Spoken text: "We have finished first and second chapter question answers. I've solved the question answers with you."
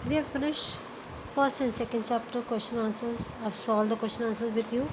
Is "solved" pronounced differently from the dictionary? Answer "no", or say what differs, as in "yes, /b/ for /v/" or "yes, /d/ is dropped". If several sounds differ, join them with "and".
yes, /v/ is dropped